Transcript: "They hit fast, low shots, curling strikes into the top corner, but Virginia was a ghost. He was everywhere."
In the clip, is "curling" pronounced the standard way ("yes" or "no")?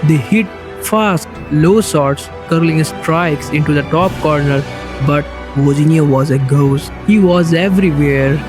yes